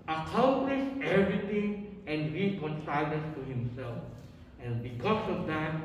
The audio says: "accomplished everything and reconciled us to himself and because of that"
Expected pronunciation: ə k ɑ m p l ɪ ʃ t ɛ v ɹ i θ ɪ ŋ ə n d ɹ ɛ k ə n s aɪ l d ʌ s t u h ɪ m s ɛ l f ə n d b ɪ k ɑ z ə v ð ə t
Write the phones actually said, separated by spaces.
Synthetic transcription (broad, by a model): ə k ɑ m p l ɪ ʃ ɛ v ɹ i t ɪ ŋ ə n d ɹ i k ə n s aɪ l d ʌ s t u h ɪ m s ɛ l f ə n b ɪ k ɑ s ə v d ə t